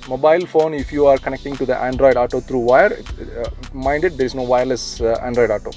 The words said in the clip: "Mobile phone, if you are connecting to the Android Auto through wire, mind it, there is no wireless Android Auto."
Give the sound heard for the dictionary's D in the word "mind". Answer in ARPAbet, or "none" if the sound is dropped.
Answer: D